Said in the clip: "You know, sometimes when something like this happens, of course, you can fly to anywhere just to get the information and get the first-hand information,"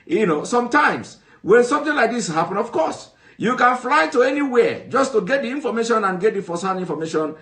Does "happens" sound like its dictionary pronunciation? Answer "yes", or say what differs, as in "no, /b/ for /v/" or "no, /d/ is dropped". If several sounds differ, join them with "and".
no, /z/ is dropped